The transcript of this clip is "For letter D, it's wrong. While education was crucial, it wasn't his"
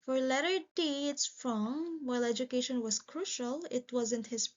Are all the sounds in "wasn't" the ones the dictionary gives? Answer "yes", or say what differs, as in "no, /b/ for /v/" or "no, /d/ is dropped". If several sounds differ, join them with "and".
yes